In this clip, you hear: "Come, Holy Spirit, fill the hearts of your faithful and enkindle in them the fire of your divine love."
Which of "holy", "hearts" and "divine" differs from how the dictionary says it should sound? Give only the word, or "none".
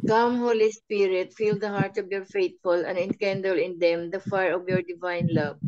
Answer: hearts